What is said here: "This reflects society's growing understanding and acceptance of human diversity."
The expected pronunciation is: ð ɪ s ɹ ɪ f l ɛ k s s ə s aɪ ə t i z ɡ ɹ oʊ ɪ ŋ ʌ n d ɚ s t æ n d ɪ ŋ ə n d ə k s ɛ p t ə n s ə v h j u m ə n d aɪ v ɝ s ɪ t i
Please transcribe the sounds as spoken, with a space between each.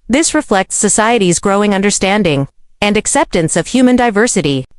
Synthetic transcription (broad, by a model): ð ɪ s ɹ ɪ f l ɛ k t s ə s aɪ ə t i z ɡ ɹ oʊ ɪ ŋ ʌ n d ɚ s t æ n d ɪ ŋ ə n d ə k s ɛ p t ə n s ə v h j u m ə n d aɪ v ɝ s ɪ t i